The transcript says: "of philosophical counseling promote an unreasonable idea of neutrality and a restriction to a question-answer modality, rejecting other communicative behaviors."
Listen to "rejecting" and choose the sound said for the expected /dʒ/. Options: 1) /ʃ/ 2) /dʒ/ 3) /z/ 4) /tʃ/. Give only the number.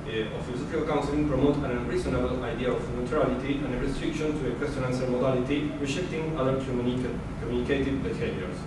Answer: 1